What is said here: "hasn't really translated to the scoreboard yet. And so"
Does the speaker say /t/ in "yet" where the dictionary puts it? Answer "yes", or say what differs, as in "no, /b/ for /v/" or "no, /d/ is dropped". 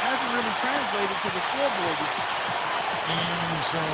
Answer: no, /t/ is dropped